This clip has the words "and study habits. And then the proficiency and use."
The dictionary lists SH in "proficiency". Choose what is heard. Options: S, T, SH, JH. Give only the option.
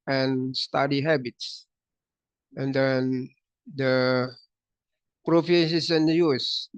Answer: S